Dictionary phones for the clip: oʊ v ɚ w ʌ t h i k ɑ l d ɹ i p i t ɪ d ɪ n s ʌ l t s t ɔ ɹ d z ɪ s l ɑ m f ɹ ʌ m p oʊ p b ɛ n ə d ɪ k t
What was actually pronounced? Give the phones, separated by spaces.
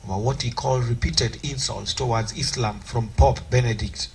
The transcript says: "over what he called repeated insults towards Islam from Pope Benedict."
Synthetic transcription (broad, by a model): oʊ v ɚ w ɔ t h i k ɑ l d ɹ i p i t ɪ d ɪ n s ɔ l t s t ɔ w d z ɪ s l ɑ m f ɹ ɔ m p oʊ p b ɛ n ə d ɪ k t